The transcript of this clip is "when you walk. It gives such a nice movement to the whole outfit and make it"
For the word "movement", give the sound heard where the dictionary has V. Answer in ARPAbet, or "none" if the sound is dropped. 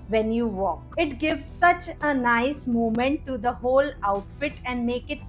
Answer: none